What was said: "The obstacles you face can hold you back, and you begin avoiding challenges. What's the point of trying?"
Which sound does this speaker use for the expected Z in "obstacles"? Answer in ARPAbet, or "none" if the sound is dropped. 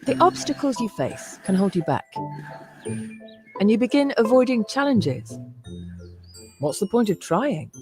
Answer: Z